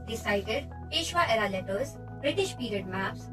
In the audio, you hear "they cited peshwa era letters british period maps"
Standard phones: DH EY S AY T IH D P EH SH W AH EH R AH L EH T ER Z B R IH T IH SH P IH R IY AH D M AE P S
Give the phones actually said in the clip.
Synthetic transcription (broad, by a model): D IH S AY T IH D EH SH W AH EH R AH L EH T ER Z B R IH T IH SH P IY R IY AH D M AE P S